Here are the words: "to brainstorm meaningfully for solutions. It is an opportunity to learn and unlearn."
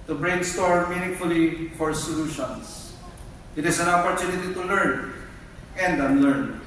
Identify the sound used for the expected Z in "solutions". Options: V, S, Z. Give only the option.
S